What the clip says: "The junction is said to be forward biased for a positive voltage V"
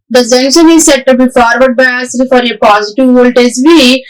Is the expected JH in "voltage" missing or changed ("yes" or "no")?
yes